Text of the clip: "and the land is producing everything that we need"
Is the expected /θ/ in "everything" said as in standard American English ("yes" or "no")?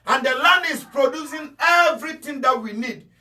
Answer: no